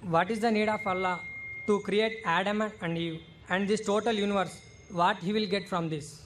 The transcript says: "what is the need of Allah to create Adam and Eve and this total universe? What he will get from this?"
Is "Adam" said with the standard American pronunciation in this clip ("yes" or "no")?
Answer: yes